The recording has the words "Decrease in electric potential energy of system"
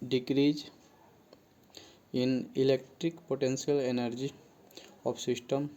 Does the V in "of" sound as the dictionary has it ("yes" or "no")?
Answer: no